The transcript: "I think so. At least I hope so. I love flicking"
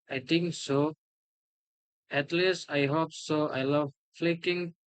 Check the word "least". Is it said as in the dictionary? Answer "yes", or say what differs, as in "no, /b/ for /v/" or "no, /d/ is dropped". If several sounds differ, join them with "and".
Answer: yes